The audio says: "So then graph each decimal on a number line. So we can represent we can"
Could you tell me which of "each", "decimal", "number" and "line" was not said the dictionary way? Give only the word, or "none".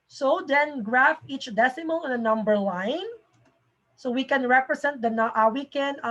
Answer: none